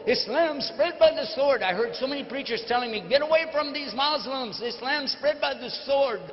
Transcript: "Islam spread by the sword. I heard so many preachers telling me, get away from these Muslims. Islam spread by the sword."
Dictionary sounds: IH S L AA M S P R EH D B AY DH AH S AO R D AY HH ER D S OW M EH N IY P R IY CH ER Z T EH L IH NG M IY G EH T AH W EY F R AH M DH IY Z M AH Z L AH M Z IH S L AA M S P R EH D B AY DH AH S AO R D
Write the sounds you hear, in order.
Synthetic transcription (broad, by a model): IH S L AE M S P R EH D B AY DH AH S AO R D AY HH ER D S OW M EH N IY P R IY CH ER Z T EH L IH NG M IY G EH T AH W EY F R AH M DH IY Z M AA Z L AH M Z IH S L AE M S P R EH D B AY DH AH S AO R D